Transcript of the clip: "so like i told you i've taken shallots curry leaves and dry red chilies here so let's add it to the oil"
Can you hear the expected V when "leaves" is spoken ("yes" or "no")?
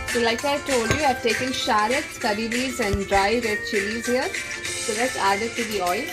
no